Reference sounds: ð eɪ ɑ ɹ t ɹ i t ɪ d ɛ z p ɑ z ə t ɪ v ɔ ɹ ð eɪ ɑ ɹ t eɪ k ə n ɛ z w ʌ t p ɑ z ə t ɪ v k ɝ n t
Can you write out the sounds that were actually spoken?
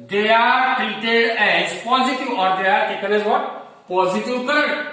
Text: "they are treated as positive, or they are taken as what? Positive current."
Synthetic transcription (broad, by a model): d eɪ ɑ ɹ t i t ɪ ɛ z p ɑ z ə t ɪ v ɔ ɹ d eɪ ɑ ɹ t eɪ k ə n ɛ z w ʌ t p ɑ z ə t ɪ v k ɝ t